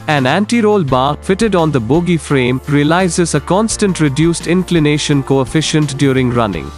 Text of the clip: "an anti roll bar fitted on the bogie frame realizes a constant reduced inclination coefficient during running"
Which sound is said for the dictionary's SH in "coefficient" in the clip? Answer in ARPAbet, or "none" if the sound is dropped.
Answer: SH